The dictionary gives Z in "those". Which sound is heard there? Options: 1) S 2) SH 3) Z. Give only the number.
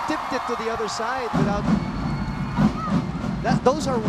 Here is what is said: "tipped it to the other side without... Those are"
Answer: 3